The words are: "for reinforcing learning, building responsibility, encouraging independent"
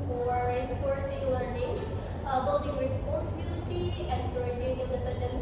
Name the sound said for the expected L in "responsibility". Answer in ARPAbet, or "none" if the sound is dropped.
N